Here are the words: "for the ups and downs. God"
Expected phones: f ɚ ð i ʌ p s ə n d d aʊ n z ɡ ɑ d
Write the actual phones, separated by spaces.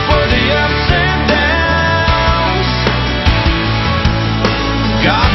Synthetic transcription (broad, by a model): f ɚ ð i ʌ s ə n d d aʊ z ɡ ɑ